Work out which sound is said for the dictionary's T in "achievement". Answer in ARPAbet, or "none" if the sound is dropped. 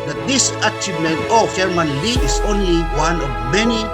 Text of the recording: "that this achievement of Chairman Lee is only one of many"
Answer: none